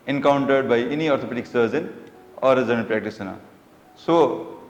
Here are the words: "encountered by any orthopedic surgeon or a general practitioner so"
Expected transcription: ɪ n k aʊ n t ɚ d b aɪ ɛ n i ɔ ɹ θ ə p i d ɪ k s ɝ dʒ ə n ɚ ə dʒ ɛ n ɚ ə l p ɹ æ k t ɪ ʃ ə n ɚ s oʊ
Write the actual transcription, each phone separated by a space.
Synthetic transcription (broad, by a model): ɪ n k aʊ n t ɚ d b aɪ ɛ n i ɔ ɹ t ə p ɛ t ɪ k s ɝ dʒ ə n ɚ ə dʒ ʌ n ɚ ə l p ɹ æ k t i s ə n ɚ s oʊ